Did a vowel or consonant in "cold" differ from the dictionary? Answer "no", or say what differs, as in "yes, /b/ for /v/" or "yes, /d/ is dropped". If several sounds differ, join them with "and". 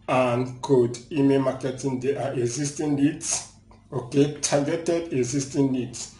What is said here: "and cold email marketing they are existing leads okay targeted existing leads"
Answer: yes, /l/ is dropped